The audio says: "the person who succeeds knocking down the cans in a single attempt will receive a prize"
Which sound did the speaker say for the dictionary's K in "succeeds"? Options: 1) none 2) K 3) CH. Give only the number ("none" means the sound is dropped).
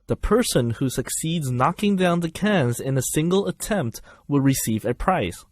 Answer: 2